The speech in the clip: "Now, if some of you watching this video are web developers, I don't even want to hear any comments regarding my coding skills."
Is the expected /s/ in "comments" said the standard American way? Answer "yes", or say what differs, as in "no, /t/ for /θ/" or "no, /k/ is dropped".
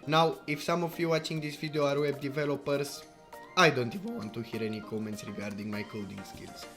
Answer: yes